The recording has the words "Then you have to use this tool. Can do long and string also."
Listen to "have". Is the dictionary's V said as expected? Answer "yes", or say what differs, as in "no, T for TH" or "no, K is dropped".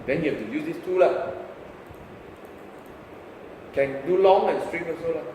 no, F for V